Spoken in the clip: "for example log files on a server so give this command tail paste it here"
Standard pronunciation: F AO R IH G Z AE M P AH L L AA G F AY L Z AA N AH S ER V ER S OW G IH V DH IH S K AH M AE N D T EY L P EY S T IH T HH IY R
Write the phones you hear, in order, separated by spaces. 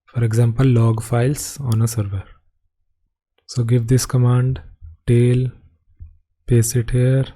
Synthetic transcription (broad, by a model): F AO R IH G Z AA M P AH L L AA G F AY L S AA N AH S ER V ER S OW G IH V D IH S K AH M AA N D T EY L P EY S IH T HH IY R